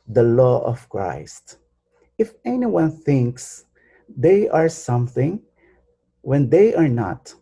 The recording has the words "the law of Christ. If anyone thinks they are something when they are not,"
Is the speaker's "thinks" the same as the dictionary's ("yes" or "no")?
yes